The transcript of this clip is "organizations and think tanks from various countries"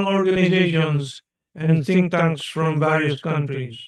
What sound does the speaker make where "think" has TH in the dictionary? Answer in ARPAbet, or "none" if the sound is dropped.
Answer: S